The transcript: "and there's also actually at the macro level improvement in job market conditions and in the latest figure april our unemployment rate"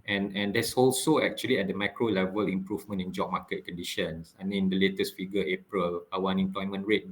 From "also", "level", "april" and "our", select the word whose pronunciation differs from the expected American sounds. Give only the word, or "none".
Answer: our